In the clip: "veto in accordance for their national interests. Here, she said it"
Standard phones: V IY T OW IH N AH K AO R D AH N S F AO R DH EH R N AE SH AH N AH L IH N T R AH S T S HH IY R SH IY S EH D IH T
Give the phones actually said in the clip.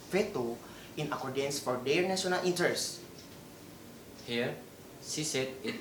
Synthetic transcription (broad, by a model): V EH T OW IH N AH K AO R D AH N S F AO R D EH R N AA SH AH N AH L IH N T AH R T S HH IY R S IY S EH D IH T